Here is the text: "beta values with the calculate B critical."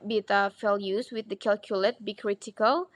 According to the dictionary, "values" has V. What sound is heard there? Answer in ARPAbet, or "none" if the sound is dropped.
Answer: F